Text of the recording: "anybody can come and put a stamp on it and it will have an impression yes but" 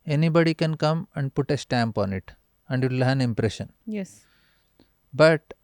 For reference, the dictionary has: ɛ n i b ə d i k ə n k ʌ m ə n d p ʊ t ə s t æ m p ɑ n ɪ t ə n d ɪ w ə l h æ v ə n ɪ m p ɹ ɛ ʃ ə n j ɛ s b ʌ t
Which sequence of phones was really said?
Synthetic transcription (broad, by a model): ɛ n i b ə d i k ə n k ʌ m ə n d p ʊ t ə s t æ m p ɑ n ɪ t ə n d ɪ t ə l h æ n ɪ m p ɹ ɛ ʃ ə n j ɛ s b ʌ t